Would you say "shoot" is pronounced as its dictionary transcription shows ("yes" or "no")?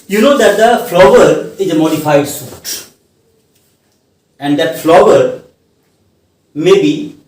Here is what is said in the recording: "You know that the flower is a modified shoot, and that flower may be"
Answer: no